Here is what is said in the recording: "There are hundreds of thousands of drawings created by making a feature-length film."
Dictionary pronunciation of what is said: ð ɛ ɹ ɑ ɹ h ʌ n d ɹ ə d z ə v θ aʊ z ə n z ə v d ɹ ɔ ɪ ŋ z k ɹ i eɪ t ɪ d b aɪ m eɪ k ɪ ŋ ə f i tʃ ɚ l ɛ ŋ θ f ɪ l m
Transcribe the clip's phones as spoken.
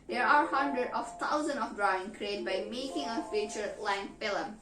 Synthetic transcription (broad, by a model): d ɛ ɹ ɑ ɹ h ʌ n d ɹ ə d ə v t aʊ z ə n ə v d ɹ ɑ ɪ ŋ k ɹ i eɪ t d b aɪ m eɪ k ɪ ŋ ə f i tʃ ɚ l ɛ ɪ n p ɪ l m